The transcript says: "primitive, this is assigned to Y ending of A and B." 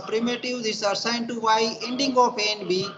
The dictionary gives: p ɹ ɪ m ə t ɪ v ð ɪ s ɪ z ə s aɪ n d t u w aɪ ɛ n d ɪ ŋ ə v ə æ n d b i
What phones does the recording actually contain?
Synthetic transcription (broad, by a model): p ɹ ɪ m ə t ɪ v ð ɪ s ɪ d s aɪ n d t u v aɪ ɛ n d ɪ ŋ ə p ə n b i